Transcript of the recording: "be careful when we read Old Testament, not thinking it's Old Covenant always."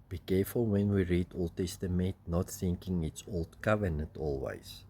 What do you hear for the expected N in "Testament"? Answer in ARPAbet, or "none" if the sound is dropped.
none